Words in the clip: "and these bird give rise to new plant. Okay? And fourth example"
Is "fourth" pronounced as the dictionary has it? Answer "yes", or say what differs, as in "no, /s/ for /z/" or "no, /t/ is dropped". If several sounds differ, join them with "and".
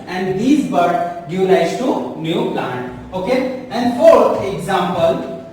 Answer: no, /t/ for /θ/